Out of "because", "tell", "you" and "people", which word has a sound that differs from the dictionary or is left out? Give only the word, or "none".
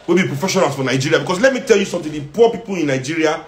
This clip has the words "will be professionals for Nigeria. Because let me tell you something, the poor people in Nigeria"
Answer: because